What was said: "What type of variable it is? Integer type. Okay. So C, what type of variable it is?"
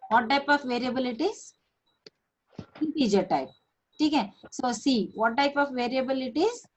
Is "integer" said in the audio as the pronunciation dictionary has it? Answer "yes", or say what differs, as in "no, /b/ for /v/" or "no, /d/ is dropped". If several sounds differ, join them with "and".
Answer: no, /n/ is dropped